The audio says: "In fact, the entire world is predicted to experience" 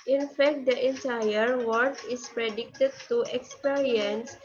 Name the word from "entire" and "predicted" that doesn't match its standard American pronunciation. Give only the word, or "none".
none